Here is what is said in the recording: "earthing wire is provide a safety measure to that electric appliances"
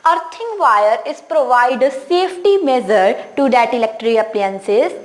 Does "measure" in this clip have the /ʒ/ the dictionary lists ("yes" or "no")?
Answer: no